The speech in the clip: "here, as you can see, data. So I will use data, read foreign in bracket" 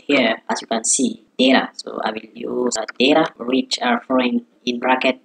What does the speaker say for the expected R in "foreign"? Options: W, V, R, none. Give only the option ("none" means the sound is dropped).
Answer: none